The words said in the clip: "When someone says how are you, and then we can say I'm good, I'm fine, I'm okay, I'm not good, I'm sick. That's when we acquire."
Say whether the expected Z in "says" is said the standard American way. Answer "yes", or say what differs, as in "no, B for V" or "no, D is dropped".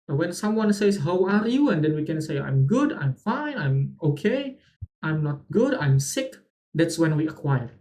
no, S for Z